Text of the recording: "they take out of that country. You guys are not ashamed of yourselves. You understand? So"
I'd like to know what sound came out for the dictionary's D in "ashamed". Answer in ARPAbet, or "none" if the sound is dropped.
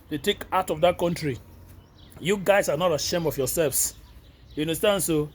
none